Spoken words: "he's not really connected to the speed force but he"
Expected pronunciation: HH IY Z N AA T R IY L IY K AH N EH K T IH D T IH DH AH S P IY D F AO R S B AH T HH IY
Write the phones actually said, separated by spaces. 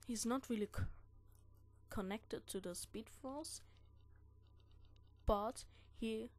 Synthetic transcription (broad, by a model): HH IY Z N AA T R IY L IY K AH N EH K T IH D T IH DH AH S P IY D F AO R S B AH T HH IY